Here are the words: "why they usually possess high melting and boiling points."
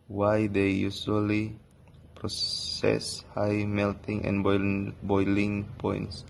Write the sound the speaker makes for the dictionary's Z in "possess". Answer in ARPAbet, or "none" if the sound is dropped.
S